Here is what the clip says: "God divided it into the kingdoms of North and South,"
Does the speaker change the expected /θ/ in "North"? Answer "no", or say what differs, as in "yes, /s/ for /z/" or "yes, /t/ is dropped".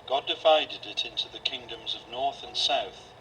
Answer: no